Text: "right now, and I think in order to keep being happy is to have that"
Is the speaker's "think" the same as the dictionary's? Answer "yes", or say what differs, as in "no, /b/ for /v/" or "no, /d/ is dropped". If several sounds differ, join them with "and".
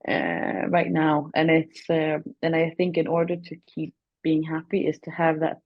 yes